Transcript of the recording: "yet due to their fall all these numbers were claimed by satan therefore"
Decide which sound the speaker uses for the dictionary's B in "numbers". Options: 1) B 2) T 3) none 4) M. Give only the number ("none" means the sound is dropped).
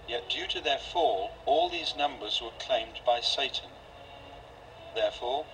1